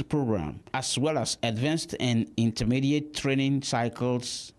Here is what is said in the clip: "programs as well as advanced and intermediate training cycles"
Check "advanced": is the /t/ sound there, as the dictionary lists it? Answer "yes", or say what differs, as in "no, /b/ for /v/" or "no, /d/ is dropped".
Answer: yes